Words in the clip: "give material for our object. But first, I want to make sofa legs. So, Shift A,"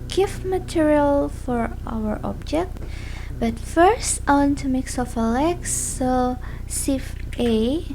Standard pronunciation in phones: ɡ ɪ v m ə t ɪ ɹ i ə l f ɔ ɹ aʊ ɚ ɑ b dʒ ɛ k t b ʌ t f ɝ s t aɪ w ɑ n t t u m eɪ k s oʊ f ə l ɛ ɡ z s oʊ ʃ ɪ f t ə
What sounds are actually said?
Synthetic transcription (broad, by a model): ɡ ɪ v m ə t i ɹ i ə l f ɔ ɹ aʊ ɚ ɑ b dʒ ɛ k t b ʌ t f ɝ s t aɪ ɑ n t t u m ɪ k s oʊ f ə l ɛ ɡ s oʊ s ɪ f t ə